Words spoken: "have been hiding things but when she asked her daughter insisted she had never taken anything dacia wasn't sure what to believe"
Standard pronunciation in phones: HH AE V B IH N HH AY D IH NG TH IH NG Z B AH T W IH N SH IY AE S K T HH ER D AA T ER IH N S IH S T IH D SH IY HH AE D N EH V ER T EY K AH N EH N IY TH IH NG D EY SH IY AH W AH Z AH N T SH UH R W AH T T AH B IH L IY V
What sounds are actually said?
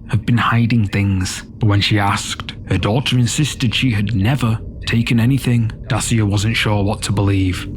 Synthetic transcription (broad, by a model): HH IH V B IH N HH AY D IH NG TH IH NG Z B AH T W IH N SH IY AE S K T HH ER D AA T ER IH N S IH S T IH D SH IY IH D N EH V ER T EY K AH N EH N IY TH IH NG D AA S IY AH W AH Z AH N T SH UH R W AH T T AH B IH L IY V